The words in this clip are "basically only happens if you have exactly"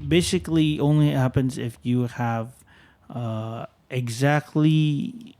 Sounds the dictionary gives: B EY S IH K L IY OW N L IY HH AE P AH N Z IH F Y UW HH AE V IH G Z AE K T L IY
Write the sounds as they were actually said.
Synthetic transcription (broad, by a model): B EY S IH K L IY OW N L IY HH AE P AH N Z IH F Y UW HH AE V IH G Z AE K T L IY